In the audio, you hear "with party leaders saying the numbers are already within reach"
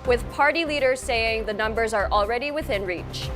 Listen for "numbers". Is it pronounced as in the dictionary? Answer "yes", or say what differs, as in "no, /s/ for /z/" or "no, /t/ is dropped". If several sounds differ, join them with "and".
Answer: yes